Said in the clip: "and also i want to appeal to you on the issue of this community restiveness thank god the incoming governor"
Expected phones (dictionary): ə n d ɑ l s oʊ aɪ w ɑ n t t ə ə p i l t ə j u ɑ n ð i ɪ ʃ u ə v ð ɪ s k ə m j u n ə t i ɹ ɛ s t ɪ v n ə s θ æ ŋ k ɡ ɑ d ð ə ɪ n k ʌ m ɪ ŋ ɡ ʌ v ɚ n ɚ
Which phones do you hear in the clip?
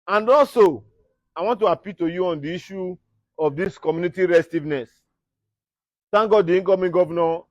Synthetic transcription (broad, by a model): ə n d ɑ l s oʊ aɪ w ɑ n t t ə ə p i l t ə j u ɑ n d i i ʃ u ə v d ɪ s k ə m j u n ə t i ɹ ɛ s t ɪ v n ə s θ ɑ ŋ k ɡ ɑ d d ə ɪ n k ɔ m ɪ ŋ ɡ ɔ v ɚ n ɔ